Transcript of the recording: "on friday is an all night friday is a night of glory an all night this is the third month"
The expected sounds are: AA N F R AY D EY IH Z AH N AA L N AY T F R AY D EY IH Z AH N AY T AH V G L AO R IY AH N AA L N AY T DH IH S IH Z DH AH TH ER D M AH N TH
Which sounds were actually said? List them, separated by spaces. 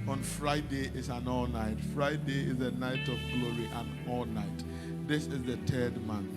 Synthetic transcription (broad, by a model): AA N F R AY D EY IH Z AH N AA L N AY T F R AY D EY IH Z AH N AY T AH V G L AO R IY AH N AA L N AY T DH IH S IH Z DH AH T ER D M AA N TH